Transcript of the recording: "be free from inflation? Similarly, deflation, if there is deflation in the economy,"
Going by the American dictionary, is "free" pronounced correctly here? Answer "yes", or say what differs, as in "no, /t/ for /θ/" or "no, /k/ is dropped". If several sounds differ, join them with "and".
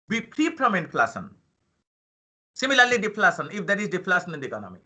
no, /p/ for /f/